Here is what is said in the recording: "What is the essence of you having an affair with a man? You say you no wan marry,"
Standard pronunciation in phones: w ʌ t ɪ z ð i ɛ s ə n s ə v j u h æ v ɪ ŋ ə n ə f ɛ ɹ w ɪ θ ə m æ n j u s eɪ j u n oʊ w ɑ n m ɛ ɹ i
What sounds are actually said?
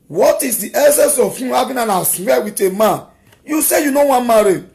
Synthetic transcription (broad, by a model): w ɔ t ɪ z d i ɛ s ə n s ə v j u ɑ b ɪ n ə n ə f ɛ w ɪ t ə m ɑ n j u s eɪ j u n oʊ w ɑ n m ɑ ɹ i